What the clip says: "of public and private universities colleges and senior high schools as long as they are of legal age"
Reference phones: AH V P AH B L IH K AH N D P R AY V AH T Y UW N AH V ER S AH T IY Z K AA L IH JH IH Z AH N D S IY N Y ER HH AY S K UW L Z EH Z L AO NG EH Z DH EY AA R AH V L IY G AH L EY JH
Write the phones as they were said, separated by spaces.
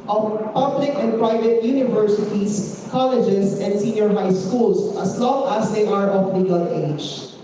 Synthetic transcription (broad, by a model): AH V P AH B L IH K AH N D P R AY V AH T Y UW N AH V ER S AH T IY S K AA L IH JH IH S AH N D S IY N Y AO HH AY S K UW L S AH S L AO NG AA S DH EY AA R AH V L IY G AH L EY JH